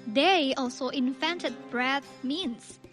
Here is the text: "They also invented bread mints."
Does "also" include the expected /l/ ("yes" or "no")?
yes